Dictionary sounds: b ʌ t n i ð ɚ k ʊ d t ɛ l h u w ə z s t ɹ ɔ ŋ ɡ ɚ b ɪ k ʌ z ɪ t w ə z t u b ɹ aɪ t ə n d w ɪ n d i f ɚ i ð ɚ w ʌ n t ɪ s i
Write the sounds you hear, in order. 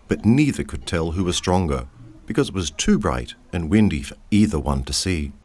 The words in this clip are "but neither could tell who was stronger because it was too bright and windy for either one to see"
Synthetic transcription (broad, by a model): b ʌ t n i ð ɚ k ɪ d t ɛ l h u w ə z s t ɹ ɔ ŋ ɡ ɚ b ɪ k ʌ z ɪ t w ə z t u b ɹ aɪ t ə n w ɪ n d i f ɚ i ð ɚ w ʌ n t ɪ s i